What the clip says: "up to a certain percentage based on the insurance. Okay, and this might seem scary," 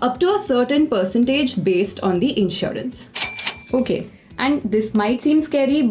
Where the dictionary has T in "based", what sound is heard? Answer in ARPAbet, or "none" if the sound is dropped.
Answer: T